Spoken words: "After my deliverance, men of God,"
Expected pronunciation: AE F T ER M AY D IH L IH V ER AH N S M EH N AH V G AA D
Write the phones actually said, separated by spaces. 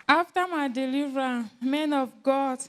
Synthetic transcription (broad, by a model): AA F T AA M AY D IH L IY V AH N M EH N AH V G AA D